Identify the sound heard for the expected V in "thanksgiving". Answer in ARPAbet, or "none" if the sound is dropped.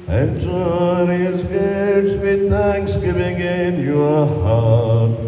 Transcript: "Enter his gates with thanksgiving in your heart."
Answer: V